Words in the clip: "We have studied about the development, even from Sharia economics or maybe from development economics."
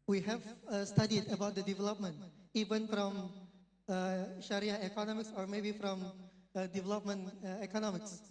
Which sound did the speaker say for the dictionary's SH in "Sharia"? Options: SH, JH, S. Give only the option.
SH